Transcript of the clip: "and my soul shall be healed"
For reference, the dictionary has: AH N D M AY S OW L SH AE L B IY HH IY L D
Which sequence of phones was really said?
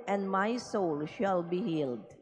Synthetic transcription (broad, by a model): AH N D M AY S OW L SH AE L B IY HH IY L D